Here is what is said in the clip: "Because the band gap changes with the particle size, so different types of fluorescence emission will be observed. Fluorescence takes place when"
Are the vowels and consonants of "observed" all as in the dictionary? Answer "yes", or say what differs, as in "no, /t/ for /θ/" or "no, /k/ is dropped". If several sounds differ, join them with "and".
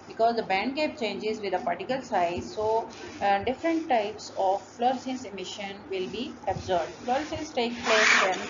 no, /b/ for /v/